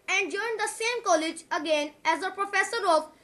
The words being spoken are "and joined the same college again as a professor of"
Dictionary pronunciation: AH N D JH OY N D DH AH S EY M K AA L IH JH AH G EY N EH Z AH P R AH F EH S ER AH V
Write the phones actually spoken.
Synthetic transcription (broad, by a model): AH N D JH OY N D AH S EY M K AA L IH JH AH G EY N EH Z AH P R AH F EH S ER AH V